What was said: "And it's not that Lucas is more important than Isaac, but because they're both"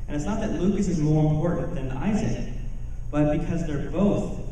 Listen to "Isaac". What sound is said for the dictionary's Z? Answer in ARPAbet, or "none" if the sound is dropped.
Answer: Z